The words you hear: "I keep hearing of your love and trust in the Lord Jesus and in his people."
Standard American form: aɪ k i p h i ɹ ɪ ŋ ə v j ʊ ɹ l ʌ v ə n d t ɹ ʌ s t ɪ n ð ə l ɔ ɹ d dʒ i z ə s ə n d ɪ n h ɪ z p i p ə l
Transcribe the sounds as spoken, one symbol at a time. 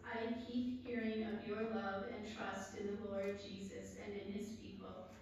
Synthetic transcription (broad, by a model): aɪ k i p h i ɹ ɪ ŋ ə v j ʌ ɹ l ʌ v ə n t ɹ ʌ s t ɪ n ð ə l ɔ ɹ d dʒ i z ə s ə n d ɪ n ɪ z p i p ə l